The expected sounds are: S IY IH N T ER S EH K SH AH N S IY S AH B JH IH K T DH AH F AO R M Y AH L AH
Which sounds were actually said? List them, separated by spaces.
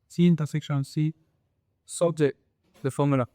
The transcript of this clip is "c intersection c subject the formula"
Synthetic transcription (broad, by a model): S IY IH N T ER S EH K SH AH N S IY S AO JH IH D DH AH F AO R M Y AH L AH